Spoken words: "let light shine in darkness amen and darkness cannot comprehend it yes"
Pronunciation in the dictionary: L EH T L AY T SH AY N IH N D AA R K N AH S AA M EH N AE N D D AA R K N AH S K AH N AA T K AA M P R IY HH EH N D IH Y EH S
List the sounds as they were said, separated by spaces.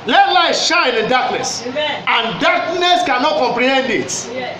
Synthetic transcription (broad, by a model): L EH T L AY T SH AY N IH N D AA K N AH S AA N N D D AA K N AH S K AH N AA T K AA M P R IY HH EH N D IH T